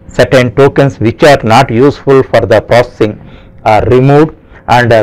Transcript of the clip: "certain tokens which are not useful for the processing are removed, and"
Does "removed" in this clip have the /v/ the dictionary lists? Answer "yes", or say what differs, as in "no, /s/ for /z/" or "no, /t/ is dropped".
no, /v/ is dropped